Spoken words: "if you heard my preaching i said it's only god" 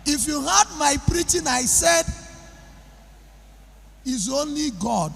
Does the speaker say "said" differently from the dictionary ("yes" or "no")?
no